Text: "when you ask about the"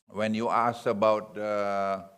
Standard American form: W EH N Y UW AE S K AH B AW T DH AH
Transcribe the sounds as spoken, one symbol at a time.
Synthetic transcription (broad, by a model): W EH N Y UW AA S AH B AW T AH